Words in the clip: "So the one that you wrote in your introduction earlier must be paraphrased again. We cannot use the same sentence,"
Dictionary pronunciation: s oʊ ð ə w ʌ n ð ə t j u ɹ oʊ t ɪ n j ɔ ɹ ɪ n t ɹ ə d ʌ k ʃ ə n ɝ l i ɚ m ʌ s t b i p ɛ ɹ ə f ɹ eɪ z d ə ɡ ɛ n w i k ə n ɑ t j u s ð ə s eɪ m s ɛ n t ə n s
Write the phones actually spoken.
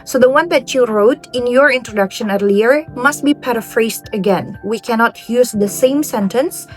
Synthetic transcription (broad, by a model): s oʊ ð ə w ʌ n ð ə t j u ɹ oʊ t ɪ n j ɔ ɹ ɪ n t ɹ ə d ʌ k ʃ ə n ɝ l i ɚ m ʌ s t b i p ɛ ɹ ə f ɹ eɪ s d ə ɡ ɛ n w i k ə n ɑ t j u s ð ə s eɪ m s ɛ n t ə n s